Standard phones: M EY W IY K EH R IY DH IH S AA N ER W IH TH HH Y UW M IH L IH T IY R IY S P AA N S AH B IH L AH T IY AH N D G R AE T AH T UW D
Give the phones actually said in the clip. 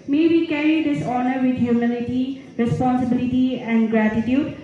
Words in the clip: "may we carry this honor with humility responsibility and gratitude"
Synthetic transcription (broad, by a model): M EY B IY K EH R IY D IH S AA N ER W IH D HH Y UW M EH N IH T IY R IY S P AA N S AH B IH L AH T IY AH N D G R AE T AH T UW D